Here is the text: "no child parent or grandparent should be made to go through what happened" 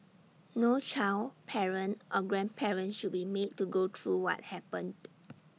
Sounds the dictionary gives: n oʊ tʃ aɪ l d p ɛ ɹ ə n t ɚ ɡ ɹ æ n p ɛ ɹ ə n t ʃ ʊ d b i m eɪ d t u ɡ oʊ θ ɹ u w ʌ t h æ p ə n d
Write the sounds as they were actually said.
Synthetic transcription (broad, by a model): n oʊ tʃ aɪ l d p ɛ ɹ ə n t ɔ ɡ ɹ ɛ n p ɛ ɹ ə n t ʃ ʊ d b i m eɪ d t u ɡ oʊ t ɹ u w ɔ t h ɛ p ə n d